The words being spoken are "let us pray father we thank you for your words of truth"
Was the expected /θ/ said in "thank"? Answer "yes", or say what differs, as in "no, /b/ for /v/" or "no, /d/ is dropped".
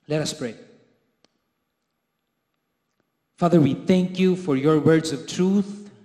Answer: yes